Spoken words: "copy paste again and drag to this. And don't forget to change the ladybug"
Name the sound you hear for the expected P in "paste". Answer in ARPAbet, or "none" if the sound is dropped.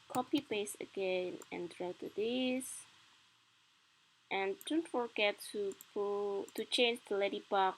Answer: B